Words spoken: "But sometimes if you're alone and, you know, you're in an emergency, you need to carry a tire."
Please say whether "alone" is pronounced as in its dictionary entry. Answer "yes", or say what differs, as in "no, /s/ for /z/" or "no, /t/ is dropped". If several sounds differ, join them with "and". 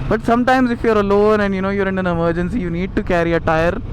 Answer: yes